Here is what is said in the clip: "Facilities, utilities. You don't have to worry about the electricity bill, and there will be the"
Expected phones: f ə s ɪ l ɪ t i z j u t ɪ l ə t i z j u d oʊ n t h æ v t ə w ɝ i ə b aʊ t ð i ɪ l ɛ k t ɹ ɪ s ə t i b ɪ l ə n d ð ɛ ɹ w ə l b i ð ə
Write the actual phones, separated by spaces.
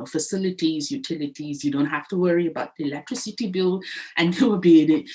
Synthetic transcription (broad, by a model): f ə s ɪ l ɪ t i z j u t ɪ l ə t i z j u d oʊ n t h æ f t ə w ɝ i ə b aʊ t ð i ɪ l ɛ k t ɹ ɪ s ə t i b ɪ l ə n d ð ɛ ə b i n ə